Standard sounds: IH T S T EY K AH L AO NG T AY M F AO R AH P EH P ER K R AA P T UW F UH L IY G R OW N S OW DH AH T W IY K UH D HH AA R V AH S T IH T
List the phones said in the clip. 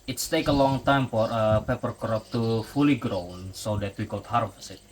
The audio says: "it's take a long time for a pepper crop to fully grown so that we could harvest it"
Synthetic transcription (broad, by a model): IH T S T EY K AH L AO NG T AY M F AO R AH P EH P ER K R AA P T UW F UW L IY G R OW N S OW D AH T W IY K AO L HH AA R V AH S IH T